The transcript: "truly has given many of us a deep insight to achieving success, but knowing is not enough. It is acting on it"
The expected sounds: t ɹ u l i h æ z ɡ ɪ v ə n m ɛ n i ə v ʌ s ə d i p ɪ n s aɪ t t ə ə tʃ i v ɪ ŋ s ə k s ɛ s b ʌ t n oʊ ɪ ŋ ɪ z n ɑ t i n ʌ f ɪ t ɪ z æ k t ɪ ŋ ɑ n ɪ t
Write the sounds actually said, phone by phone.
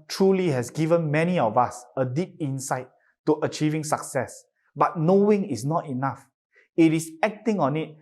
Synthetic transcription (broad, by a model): t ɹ u l i h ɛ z ɡ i v ə n m ɛ n i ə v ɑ s ə d i p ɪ n s aɪ t t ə ə tʃ i v ɪ ŋ s ə k s ɛ s b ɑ t n oʊ ɪ ŋ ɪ s n ɑ t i n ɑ f ɪ t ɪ s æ k t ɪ ŋ ɑ n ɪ t